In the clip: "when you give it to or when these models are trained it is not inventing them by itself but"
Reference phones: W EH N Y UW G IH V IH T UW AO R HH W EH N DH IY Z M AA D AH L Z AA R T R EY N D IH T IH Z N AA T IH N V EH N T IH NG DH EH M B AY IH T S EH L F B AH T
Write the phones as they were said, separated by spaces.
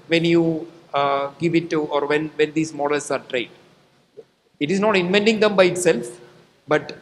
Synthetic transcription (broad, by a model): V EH N Y UW G IH V IH T UW AO R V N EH N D IY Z M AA D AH L S AA R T R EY D IH T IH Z N AA T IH N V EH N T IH NG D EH M B AY IH T S EH L F B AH T